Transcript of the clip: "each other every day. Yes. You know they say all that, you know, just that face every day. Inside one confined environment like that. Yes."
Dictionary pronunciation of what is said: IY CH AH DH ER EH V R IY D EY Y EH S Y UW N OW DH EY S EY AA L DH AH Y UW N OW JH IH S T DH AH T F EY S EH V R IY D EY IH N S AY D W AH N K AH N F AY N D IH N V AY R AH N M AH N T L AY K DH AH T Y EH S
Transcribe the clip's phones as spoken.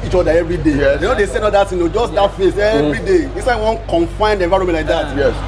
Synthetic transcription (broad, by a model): IY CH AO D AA EH V R IY D EY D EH N OW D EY S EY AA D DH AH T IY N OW JH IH S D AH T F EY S EH V R IY D EY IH S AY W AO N K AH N F AY N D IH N V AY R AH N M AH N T L AY K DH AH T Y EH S